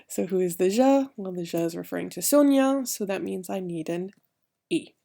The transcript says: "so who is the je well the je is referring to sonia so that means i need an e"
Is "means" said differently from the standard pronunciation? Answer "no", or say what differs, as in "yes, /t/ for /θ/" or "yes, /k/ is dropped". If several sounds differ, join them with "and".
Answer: no